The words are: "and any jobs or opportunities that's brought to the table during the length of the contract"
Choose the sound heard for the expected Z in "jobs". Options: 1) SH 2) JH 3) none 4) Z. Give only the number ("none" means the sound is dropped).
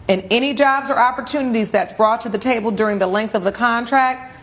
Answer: 4